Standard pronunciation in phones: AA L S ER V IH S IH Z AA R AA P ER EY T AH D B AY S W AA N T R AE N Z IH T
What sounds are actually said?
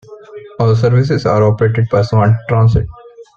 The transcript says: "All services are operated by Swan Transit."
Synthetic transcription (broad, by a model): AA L S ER V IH S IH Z AA R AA P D EY T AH D B AY S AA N T R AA N S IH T